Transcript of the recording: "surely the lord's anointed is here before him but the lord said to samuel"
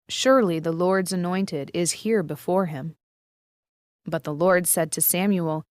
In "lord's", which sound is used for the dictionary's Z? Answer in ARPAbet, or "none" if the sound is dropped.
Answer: Z